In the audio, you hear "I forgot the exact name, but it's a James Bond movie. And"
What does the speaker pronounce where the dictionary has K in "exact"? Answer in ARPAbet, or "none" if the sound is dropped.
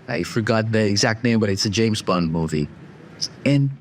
K